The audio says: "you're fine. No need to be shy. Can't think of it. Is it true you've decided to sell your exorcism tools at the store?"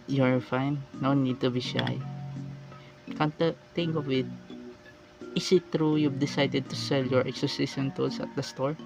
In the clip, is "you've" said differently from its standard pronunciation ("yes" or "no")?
yes